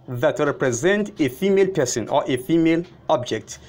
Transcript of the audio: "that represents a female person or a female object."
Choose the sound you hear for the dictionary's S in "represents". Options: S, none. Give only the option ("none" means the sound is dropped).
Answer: none